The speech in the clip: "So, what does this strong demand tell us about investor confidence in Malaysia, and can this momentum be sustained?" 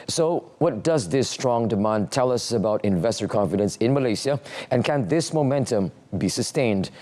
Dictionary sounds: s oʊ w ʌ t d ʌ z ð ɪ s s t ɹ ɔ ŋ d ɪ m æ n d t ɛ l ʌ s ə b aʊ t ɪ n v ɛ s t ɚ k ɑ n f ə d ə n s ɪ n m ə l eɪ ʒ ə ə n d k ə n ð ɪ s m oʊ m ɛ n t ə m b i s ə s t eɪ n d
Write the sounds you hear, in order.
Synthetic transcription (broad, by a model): s oʊ w ʌ t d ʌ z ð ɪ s s t ɹ ɔ ŋ d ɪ m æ n d t ɛ l ʌ s ə b aʊ t ɪ n v ɛ s t ɚ k ɑ n f ə d ə n s ɪ n m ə l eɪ s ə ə n k ə n ð ɪ s m oʊ m ɛ n t ə m b i s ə s t eɪ n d